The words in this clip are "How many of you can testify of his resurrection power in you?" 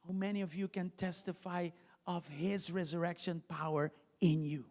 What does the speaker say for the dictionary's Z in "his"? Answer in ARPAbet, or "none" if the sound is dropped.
Z